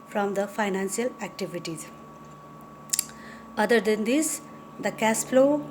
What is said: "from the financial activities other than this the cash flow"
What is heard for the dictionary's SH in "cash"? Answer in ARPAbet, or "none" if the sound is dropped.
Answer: S